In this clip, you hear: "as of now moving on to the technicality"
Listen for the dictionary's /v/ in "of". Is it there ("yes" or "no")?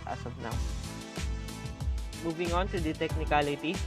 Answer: no